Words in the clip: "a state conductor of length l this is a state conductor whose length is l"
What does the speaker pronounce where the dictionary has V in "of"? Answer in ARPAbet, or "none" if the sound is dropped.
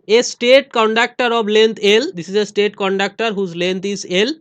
B